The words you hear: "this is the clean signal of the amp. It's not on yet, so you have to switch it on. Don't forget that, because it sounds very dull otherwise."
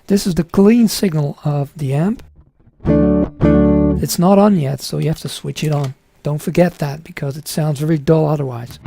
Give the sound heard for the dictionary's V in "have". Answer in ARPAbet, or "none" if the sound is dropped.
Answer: F